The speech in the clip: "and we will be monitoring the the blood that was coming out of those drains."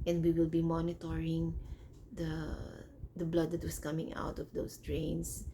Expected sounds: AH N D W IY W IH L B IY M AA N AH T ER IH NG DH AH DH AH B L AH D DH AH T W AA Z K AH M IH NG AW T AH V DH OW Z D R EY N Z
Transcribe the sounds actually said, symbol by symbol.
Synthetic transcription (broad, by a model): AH N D W IY W IH L B IY M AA N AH T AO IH NG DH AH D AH B L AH D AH T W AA S K AH M IH NG AW T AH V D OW S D R EY N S